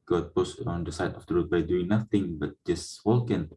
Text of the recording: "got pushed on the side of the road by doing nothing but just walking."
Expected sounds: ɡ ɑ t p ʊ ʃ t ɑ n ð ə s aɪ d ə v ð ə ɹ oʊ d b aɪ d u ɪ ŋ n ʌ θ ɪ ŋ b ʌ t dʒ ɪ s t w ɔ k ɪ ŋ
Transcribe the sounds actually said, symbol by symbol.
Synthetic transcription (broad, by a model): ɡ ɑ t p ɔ s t ɑ n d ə s aɪ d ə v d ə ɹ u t b aɪ d u ɪ ŋ n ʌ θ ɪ ŋ b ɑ t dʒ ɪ s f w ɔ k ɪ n